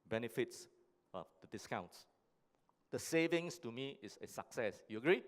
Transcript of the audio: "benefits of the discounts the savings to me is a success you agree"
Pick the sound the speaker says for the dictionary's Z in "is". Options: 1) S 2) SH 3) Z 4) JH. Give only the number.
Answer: 1